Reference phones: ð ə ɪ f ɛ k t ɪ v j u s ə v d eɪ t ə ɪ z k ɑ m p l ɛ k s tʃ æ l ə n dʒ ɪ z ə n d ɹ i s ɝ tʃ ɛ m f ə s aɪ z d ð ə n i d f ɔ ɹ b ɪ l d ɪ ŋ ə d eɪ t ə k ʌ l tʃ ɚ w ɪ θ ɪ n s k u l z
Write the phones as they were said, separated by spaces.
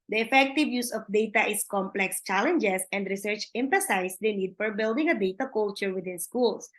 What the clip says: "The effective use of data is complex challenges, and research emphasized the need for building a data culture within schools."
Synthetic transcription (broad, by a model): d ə ɪ f ɛ k t ɪ v j u s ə f d eɪ t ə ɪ s k ɑ m p l ɛ k s tʃ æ l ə n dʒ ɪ s ə n d ɹ i s ɝ tʃ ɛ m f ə s aɪ s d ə n i d f ɔ ɹ b ɪ l d ɪ ŋ ə d eɪ t ə k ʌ l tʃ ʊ w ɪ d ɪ n s k u l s